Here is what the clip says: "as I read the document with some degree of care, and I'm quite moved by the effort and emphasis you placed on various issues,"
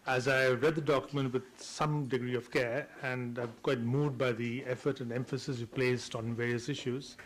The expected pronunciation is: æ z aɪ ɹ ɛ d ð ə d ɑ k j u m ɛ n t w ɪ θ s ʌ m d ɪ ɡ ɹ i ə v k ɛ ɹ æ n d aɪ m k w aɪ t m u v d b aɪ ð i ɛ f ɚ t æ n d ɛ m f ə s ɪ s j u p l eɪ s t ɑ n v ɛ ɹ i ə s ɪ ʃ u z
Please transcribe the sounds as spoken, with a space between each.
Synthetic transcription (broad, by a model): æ z aɪ ɹ ɛ d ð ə d ɑ k j u m ɛ n t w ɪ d s ʌ m d ɪ ɡ ɹ i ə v k ɛ ɹ æ n d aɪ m k w aɪ t m u d b aɪ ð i ɛ f ɚ t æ n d ɛ m f ə s ɪ s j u p l eɪ s t ɑ n v ɛ ɹ i ə s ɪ ʃ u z